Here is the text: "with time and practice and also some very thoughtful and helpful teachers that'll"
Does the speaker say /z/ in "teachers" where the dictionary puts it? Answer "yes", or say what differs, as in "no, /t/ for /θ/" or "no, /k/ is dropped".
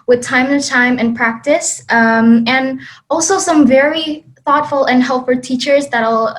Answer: yes